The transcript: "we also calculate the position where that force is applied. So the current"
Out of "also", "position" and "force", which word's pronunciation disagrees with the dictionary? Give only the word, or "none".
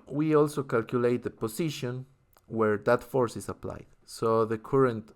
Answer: position